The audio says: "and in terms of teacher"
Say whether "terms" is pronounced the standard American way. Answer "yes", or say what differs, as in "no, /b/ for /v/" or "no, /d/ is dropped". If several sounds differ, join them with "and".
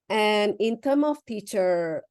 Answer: no, /z/ is dropped